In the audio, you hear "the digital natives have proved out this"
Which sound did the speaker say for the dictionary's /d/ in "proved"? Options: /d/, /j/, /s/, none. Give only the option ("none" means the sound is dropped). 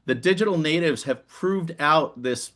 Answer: /d/